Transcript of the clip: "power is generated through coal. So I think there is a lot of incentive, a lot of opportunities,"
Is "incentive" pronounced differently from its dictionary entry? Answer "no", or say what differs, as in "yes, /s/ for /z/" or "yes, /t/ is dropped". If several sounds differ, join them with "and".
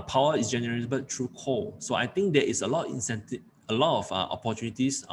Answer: yes, /v/ is dropped